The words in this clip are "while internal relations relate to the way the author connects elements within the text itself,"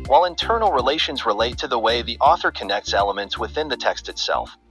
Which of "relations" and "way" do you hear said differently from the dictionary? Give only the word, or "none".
none